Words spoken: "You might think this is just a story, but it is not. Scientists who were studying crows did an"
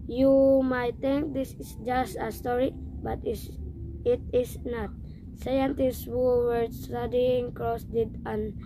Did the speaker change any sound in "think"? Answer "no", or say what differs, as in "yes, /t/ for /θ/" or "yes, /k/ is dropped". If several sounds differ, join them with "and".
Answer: yes, /t/ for /θ/